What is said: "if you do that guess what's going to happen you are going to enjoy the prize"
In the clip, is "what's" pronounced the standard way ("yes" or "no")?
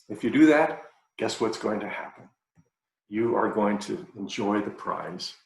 yes